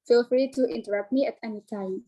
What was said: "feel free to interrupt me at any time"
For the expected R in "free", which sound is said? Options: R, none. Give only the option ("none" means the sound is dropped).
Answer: R